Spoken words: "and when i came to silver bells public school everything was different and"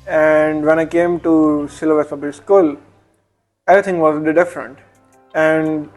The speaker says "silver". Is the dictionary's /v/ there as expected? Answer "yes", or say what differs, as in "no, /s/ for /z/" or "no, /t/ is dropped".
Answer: no, /v/ is dropped